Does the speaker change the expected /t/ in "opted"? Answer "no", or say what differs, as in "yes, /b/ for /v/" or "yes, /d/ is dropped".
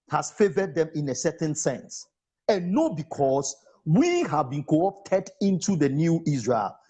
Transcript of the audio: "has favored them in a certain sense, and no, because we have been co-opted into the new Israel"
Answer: no